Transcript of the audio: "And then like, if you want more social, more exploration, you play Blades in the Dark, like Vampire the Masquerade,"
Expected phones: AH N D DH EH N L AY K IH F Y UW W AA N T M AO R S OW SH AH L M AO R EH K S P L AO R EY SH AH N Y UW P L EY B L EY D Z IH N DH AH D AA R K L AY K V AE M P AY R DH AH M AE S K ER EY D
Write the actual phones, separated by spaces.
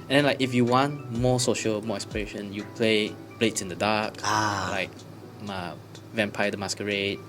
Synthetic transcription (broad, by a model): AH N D EH N L AY K IH F Y UW W AA N T M AO S OW SH AH L M AO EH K S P IY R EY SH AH N Y UW P L EY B L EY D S IH N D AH D AA K L AY K V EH M P AY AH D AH M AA S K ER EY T